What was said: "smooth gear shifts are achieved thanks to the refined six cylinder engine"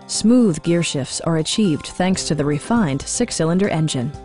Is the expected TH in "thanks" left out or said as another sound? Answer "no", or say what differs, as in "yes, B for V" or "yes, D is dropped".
no